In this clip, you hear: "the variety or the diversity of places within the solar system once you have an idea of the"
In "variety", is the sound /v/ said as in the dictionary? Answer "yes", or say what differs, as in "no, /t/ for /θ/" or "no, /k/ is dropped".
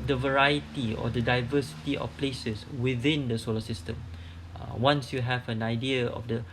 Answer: yes